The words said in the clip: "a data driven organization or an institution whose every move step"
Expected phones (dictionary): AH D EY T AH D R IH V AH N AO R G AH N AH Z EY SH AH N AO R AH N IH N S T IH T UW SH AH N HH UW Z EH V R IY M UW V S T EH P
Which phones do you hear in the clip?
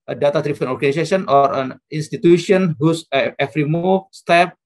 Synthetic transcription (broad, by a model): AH D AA T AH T R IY P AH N AO R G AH N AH S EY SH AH N AO R AH N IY N S T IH T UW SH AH N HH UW S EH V R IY M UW S T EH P